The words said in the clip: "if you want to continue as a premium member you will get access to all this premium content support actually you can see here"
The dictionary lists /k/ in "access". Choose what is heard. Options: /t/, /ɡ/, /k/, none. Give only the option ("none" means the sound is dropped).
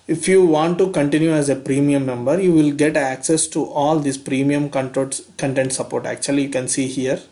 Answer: /k/